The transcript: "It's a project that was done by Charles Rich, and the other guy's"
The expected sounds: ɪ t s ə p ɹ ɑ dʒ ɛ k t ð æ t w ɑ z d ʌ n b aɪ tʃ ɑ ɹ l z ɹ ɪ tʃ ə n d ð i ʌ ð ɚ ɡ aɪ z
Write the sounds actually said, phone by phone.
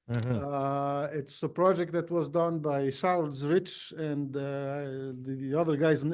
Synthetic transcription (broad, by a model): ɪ t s ə p ɹ ɑ dʒ ɛ k t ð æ t w ɑ z d ʌ n b aɪ ʃ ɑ ɹ l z ɹ ɪ tʃ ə n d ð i ʌ ð ɚ ɡ aɪ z